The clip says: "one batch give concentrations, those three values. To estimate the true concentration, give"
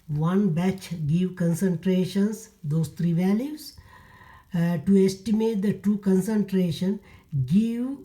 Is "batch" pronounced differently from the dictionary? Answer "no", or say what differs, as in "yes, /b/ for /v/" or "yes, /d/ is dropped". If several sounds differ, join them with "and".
no